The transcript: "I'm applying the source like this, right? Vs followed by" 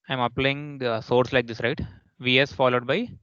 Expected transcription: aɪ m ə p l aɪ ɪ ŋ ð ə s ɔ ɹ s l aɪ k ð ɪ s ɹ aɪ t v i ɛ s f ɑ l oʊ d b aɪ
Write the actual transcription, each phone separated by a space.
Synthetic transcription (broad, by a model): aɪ m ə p l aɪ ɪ ŋ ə s ɔ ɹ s l aɪ k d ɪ s ɹ aɪ t v i ɛ s f ɑ l oʊ d b aɪ